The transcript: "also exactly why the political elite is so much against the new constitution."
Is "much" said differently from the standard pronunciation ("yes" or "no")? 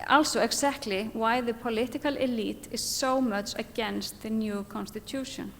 no